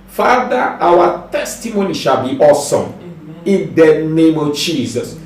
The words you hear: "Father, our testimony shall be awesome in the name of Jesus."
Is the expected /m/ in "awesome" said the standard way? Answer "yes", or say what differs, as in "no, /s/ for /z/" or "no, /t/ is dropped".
yes